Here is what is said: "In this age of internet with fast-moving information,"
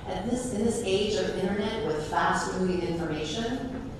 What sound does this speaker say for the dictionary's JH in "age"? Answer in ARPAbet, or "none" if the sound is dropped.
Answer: JH